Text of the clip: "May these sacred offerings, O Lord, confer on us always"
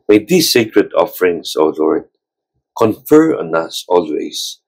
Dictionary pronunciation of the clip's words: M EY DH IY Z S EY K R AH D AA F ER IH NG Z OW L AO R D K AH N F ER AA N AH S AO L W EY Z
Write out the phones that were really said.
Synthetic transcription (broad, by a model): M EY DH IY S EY K R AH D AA F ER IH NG S OW L AO R D K AH N F ER AA N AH S AO L W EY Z